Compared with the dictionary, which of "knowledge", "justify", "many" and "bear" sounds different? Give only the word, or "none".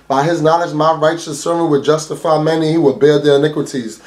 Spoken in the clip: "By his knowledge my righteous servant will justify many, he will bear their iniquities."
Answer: knowledge